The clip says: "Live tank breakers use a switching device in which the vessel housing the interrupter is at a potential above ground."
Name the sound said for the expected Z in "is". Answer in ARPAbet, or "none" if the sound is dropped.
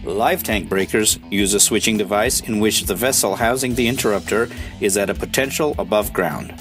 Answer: Z